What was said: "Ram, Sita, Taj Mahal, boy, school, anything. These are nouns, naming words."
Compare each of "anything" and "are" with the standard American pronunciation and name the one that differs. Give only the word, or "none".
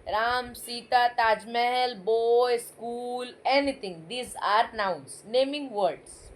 anything